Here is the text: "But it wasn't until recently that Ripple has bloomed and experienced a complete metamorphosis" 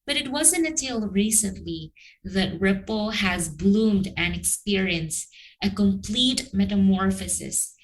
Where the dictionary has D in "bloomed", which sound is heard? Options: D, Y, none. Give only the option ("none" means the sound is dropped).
D